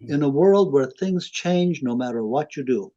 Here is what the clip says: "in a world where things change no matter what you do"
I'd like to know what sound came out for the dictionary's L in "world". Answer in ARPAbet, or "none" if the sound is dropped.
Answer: L